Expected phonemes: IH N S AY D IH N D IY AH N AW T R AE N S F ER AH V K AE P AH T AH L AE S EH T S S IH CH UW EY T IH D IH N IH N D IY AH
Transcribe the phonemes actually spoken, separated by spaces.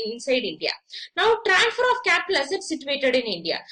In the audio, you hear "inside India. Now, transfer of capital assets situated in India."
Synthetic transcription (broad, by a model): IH N S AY D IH N D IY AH N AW T R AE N F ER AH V K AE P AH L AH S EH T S S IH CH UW EY T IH D IH N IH N D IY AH